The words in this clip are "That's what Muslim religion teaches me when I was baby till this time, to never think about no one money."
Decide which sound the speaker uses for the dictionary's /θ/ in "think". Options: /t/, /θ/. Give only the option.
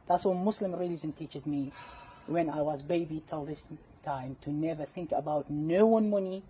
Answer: /θ/